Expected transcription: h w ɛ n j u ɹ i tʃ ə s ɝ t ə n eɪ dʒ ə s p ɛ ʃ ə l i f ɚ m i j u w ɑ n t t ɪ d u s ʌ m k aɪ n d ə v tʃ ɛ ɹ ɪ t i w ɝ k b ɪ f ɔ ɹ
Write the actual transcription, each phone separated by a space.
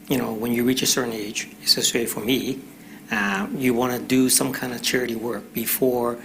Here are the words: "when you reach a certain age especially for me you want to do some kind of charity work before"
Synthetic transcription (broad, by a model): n w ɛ n j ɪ ɹ i tʃ ə s ɝ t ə n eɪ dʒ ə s ɛ s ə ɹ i f ɚ m i j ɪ w ɑ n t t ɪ d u s ʌ m k aɪ n d ə v tʃ ɛ ɹ ɪ t i w ɝ k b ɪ f ɔ ɹ